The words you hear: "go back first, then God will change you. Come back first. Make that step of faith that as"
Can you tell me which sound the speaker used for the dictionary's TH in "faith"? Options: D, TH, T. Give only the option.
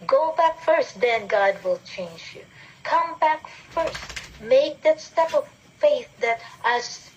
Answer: TH